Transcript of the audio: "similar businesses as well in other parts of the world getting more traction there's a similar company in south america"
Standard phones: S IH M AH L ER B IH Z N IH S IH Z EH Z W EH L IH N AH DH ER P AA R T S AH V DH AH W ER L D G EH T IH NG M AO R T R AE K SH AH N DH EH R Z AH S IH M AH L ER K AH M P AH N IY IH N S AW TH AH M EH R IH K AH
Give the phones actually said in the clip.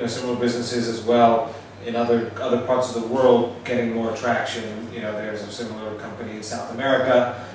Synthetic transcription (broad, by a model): S IH M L ER B IH Z N IH S IH Z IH Z W EH L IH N AH DH ER P AA R T S AH V DH AH W ER L D G EH T IH NG M AO R T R AE K SH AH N DH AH R Z AH S IH M L ER K AH M P AH N IY IH N S AW TH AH M EH R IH K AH